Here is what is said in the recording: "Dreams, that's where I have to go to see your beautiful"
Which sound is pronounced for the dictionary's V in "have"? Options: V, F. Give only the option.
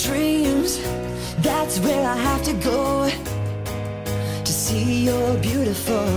F